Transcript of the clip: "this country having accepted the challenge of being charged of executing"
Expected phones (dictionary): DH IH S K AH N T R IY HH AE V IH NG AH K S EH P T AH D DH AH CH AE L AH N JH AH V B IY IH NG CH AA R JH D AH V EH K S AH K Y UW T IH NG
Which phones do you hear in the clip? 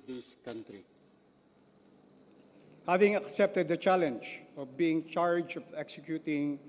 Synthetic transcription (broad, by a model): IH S K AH N T R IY HH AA V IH NG AH K S EH P T AH D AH CH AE L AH N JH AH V B IY IH NG CH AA R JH AH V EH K S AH K Y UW T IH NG